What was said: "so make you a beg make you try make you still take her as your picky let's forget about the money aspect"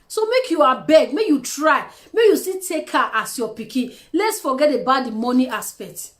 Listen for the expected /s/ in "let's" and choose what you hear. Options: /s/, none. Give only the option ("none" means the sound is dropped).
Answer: /s/